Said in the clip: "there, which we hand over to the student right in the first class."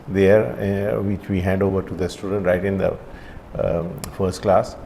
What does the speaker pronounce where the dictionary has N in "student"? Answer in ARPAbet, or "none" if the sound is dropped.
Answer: N